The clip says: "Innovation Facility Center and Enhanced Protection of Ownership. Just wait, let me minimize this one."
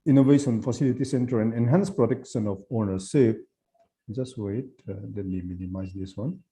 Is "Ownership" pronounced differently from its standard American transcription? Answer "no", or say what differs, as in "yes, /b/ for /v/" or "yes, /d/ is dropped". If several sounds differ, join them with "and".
yes, /s/ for /ʃ/